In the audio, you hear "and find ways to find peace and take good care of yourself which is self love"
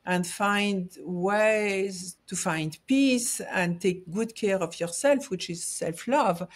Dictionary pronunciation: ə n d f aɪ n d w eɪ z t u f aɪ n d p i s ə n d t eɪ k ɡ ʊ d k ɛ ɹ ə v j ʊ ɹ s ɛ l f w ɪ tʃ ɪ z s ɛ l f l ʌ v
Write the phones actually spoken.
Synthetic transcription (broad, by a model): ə n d f aɪ n d w eɪ z t u f aɪ n d p i s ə n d t eɪ k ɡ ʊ d k ɛ ɹ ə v j ʊ ɹ s ɛ l f w ɪ tʃ ɪ z s ɛ l f l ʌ v